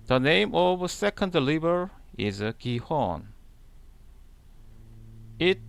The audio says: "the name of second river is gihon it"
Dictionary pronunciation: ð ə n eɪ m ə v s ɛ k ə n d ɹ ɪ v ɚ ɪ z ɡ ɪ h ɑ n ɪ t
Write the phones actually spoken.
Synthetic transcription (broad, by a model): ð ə n eɪ m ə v s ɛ k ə n d l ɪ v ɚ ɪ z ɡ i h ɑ n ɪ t